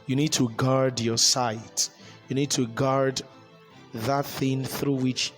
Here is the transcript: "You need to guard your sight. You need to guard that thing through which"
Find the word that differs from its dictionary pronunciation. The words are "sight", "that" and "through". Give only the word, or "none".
none